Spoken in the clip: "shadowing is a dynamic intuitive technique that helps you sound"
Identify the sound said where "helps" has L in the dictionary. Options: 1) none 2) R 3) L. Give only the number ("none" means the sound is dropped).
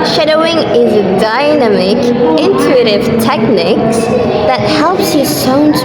3